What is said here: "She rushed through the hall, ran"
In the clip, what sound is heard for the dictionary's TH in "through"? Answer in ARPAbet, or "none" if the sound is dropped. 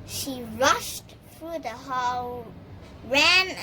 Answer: TH